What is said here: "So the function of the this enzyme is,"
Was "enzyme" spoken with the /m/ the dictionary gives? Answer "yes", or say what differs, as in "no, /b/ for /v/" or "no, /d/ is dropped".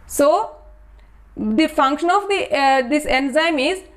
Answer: yes